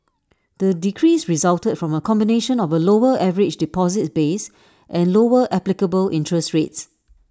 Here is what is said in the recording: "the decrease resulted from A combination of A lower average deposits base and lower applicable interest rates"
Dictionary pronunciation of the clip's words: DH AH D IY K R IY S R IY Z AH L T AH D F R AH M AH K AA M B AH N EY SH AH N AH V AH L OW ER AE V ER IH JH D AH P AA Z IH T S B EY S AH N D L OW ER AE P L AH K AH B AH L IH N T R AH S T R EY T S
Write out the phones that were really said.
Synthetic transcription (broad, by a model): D AH D IY K R IY S R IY Z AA L T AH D F R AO M AH K AA M B AH N EY SH AH N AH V AH L OW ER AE V ER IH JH D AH P AA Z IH T B EY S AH N L OW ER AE P L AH K AH B AH L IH N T R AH S T R EY T S